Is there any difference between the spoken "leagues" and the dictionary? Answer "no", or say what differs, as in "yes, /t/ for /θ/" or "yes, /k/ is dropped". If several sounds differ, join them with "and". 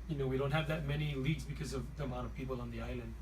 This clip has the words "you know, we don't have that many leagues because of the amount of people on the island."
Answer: no